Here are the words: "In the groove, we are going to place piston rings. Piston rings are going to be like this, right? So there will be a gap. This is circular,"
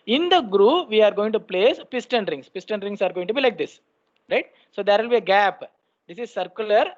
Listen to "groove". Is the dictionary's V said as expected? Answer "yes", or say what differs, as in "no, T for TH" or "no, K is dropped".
yes